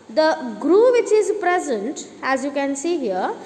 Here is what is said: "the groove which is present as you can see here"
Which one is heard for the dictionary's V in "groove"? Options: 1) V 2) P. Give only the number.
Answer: 1